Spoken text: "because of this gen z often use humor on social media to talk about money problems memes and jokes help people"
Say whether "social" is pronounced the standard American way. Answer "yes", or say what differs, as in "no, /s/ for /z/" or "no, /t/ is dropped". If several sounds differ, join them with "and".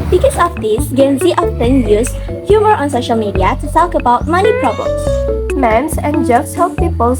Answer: yes